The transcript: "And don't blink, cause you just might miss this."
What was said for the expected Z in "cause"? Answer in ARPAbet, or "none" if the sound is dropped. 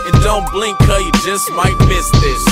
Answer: none